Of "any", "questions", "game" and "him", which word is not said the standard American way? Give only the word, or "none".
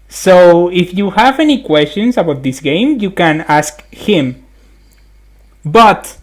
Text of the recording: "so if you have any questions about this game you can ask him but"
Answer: questions